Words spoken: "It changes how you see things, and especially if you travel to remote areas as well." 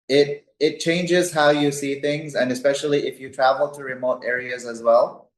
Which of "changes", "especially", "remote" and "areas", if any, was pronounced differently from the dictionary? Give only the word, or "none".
none